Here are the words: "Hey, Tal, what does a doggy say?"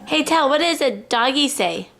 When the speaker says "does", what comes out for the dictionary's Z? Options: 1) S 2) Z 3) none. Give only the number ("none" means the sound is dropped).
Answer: 2